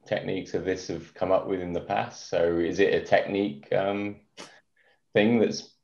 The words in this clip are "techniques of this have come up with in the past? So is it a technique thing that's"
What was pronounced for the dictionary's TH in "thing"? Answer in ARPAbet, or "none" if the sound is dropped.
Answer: TH